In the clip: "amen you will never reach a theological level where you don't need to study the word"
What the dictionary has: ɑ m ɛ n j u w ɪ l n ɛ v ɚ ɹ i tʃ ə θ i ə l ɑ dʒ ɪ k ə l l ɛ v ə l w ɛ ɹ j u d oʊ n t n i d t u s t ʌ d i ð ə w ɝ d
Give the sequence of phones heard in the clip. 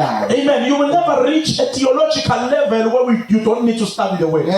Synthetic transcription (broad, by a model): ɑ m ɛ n j u w ɪ l n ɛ v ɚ l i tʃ ə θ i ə l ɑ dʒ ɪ k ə l l ɛ v ə l w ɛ w j u d oʊ n t n i d t u s t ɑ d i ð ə w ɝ